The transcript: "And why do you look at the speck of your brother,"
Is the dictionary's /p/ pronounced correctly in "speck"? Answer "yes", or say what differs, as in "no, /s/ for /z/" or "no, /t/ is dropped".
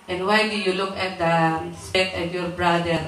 no, /p/ is dropped